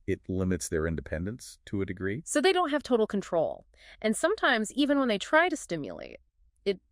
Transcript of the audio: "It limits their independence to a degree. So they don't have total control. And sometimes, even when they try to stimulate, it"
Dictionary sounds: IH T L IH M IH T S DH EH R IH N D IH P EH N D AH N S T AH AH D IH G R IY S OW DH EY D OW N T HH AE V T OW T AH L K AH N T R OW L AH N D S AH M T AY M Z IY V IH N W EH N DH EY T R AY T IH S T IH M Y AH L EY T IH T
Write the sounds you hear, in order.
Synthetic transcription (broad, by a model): IH T L IH M IH T S DH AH R IH N D IH P EH N D AH N S T AH AH D IH G R IY S OW DH EY D OW N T HH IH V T OW T L K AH N T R OW L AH N S AH M T AY M Z IY V IH N W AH N DH EY T R AY T IH S T IH M Y AH L EY T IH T